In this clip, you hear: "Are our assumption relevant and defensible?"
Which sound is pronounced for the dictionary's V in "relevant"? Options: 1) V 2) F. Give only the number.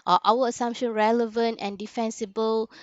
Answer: 1